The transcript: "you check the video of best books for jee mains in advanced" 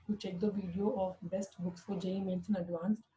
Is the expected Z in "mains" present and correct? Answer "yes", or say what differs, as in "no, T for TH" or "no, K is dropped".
no, S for Z